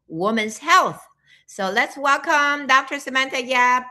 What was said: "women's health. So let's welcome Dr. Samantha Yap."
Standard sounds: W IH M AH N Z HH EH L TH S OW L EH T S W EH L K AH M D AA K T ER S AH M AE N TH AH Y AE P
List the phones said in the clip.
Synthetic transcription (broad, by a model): W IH M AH N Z HH EH L TH S OW L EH T S W EH L K AH M D AA K T ER S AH M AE N T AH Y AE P